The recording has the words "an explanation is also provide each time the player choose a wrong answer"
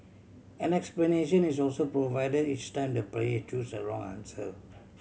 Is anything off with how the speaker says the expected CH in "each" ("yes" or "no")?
no